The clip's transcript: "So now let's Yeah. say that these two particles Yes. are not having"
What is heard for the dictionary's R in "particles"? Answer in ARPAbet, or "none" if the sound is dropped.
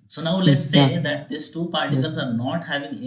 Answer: R